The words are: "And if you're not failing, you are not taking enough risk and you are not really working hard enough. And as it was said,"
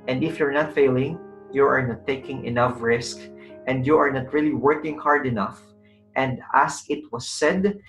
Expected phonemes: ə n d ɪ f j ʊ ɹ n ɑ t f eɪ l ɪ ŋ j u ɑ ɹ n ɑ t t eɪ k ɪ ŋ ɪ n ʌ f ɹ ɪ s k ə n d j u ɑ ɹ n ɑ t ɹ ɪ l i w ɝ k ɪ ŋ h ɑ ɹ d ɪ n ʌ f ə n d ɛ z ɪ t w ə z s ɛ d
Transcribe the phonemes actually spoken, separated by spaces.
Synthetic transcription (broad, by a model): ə n d ɪ f j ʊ ɹ n ɑ t f eɪ l ɪ ŋ j u ɑ ɹ n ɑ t t eɪ k ɪ ŋ ɪ n ʌ f ɹ ɪ s k ə n d j u ɑ ɹ n ɑ t ɹ ɪ l i w ɝ k ɪ ŋ h ɑ ɹ d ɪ n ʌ f ə n d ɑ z ɪ t w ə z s ɛ d